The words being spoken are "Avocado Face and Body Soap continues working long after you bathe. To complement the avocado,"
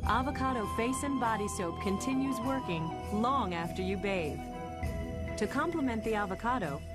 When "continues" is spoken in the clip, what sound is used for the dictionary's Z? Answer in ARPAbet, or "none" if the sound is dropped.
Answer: Z